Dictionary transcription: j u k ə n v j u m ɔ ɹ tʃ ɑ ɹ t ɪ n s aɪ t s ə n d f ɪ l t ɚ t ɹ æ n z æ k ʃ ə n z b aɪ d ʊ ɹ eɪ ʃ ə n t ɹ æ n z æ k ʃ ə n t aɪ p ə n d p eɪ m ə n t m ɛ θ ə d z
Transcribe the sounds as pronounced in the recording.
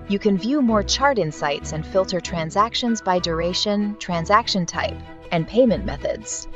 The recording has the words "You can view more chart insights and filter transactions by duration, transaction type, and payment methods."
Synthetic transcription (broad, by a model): j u k ə n v j u m ɔ ɹ tʃ ɑ ɹ t ɪ n s aɪ t s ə n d f ɪ l t ɚ t ɹ æ n z æ k ʃ ə n z b aɪ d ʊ ɹ eɪ ʃ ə n t ɹ æ n z æ k ʃ ə n t aɪ p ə n p eɪ m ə n m ɛ θ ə d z